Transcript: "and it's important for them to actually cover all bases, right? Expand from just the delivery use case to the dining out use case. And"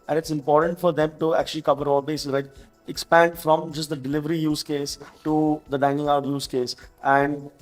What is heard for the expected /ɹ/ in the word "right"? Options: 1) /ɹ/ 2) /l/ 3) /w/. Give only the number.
2